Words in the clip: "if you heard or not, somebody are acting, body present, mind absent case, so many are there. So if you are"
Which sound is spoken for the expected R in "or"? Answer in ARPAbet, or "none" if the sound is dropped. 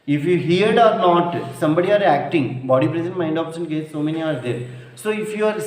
R